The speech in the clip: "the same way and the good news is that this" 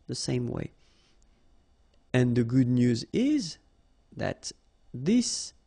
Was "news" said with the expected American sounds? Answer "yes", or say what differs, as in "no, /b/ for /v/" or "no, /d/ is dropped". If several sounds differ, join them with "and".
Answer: yes